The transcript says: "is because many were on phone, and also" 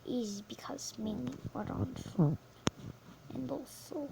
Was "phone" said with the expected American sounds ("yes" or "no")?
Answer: no